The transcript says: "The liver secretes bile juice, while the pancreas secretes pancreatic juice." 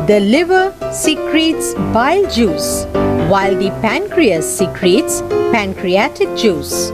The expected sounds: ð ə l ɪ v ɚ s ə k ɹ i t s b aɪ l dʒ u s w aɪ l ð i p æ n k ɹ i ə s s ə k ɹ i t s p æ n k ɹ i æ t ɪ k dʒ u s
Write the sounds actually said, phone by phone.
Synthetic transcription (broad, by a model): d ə l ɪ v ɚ s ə k ɹ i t s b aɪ l dʒ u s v aɪ l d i p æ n k ɹ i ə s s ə k ɹ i t s p æ n k ɹ i æ t ɪ k dʒ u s